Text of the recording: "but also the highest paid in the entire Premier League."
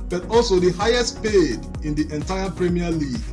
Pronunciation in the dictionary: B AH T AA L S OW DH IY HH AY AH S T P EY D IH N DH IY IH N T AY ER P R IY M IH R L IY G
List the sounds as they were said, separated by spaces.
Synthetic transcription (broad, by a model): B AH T AA L S OW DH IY HH AY AH S T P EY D IH N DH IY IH N T AY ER P R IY M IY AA L IY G